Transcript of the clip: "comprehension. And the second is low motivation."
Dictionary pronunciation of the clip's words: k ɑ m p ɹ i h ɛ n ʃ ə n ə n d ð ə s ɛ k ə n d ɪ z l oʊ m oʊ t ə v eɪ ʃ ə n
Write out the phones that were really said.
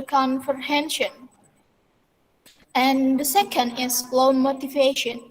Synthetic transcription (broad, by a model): k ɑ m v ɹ h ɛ n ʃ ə n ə n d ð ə s ɛ k ə n d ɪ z l oʊ m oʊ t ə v eɪ ʃ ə n